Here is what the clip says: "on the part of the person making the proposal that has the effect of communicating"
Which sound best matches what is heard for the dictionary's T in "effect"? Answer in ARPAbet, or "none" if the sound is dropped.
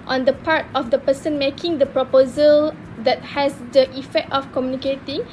T